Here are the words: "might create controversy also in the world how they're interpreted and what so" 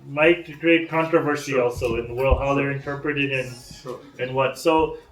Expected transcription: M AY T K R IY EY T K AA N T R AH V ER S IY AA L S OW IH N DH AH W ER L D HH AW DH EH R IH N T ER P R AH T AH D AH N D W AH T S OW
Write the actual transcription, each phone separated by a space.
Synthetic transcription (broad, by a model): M AY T K R IY EY T K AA N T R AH V ER S IY AA L S OW IH N DH AH W ER L D HH AW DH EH R IH N T ER P R AH T AH D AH N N W AH T S OW